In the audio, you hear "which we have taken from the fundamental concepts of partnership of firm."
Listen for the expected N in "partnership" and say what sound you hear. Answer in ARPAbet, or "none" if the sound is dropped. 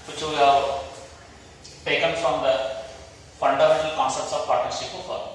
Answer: none